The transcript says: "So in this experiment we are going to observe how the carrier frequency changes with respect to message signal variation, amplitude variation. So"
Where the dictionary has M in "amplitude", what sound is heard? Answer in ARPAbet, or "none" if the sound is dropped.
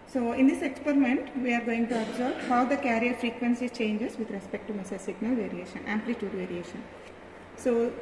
M